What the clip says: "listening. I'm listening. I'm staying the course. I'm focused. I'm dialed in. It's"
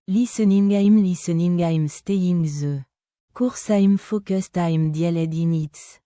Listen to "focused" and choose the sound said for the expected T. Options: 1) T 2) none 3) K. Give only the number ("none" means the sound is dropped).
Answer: 1